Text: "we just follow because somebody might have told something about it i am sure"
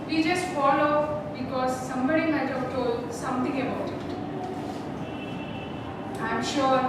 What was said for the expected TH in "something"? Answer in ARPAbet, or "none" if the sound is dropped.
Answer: T